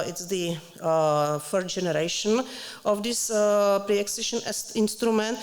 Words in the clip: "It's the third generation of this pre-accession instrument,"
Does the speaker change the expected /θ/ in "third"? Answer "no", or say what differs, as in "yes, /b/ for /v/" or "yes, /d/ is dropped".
yes, /f/ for /θ/